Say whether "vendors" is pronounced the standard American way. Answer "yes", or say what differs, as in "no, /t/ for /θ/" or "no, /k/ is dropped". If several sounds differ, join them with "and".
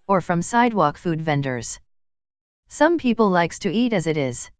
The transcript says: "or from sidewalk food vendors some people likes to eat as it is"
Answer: yes